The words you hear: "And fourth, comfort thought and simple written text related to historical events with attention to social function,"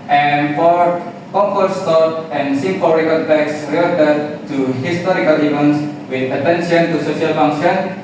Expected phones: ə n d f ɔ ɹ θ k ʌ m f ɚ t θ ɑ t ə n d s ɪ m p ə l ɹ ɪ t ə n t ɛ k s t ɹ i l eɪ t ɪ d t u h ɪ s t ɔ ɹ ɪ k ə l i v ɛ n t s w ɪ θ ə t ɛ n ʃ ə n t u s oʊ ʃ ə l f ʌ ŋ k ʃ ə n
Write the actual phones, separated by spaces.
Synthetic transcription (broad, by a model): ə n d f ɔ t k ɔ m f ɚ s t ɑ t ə n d s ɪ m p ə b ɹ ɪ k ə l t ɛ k s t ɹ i eɪ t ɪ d t u h ɪ s t ɔ ɹ ɪ k ə l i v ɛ n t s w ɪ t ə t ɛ n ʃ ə n t u s oʊ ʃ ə l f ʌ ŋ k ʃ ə n